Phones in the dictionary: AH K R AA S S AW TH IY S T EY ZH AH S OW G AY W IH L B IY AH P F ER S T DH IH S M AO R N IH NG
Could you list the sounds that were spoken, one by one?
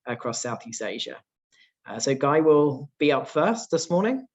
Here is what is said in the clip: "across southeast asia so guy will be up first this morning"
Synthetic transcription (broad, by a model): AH K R AA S S AW TH IY S T EY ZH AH S OW G AY W IH L B IY AH P F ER S T DH IH S M AO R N IH NG